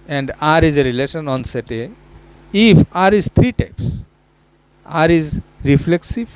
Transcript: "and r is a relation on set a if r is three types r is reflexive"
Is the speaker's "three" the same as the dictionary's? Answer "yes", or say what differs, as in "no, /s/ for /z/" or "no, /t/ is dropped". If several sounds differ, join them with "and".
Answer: no, /t/ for /θ/